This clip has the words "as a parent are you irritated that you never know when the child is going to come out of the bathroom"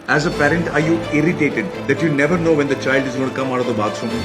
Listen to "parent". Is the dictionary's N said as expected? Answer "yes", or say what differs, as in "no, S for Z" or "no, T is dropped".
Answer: yes